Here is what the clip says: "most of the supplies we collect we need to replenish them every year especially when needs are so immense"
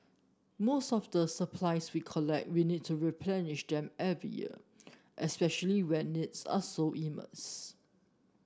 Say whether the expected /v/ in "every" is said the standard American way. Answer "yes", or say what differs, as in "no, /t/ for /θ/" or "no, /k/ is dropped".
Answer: yes